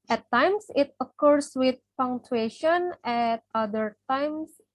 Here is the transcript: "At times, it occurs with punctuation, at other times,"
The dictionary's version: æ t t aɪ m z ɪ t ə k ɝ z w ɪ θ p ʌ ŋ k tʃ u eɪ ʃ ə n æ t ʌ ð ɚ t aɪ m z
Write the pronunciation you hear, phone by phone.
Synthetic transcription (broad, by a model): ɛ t t aɪ m s ɪ t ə k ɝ s w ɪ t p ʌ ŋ tʃ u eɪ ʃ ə n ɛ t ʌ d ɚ t aɪ m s